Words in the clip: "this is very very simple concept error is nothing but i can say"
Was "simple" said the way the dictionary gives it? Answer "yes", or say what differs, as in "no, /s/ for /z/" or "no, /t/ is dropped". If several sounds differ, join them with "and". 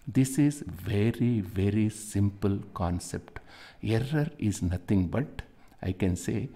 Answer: yes